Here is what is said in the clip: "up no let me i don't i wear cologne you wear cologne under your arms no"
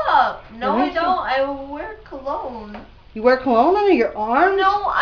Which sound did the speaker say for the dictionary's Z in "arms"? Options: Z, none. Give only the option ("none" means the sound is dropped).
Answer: none